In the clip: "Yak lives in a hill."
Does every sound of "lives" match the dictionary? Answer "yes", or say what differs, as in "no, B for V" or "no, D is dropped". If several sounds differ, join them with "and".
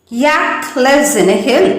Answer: no, V is dropped